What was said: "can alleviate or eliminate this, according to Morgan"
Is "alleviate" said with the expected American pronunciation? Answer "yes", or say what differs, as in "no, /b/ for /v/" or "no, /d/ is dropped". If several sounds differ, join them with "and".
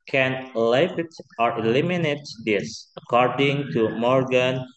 no, /v/ is dropped